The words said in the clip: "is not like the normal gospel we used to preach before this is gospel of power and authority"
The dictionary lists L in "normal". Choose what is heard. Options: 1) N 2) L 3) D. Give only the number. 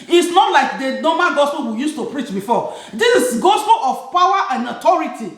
1